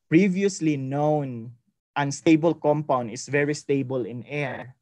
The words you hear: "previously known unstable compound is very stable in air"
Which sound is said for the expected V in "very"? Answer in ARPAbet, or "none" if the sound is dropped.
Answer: V